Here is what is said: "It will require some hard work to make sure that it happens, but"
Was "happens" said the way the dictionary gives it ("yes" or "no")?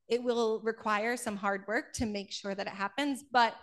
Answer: yes